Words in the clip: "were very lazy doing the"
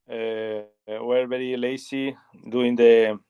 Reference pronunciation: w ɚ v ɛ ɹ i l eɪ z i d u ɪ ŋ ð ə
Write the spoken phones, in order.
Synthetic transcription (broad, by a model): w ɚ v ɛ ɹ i l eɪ s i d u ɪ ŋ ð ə